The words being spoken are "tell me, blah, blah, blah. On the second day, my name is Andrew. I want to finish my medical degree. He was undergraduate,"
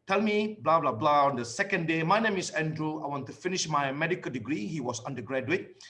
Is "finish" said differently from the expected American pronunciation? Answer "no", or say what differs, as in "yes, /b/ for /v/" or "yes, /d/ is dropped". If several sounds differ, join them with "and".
no